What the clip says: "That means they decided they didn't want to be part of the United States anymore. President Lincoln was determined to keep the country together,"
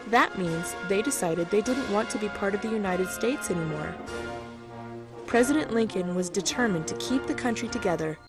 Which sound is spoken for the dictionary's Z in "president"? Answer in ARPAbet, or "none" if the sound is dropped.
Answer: Z